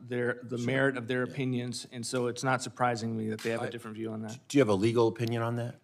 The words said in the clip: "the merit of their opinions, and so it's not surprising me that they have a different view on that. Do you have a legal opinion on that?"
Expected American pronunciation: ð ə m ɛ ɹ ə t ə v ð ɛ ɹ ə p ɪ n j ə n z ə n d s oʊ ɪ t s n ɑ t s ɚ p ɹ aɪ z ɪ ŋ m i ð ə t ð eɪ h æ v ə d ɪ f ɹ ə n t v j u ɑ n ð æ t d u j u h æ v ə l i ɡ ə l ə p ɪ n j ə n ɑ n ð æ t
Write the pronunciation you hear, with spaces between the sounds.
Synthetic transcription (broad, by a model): ð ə m ɛ ɹ ə t ə v ð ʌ ɹ ə p ɪ n j ə n z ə n s oʊ ɪ t s n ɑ t s ɚ p ɹ aɪ z ɪ ŋ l i ð ə t ð eɪ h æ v ə d ɪ f ɹ ə n t v j u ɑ n ð æ t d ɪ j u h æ v ə l i ɡ l ə p ɪ n j ə n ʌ n ð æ t